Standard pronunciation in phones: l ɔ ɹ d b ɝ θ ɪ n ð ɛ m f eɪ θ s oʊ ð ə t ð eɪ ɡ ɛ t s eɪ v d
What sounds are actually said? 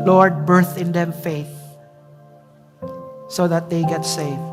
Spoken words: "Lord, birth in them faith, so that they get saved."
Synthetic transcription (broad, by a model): l ɔ ɹ d b ɝ θ ɪ n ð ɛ m f eɪ θ s oʊ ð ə t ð eɪ ɡ ɛ t s eɪ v